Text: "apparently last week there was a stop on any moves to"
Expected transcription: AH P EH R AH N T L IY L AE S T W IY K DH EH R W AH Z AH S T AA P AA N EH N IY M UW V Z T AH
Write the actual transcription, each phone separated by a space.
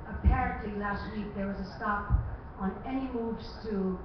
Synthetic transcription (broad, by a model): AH P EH R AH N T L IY L AE S T W IY K DH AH R W AH Z AH S T AA P N EH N IY M UW V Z T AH